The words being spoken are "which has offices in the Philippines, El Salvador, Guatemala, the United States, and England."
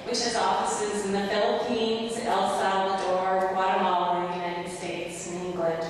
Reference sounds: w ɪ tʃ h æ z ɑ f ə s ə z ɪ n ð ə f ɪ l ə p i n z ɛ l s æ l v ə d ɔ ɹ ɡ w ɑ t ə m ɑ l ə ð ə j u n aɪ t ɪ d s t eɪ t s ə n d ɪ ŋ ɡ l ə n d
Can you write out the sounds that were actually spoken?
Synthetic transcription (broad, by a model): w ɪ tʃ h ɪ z ɑ f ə s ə z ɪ n ð ə f ɪ l ə p i n z ɛ l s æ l ə d ɔ ɹ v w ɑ t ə m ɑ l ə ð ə j u n aɪ t ɪ d s t eɪ t s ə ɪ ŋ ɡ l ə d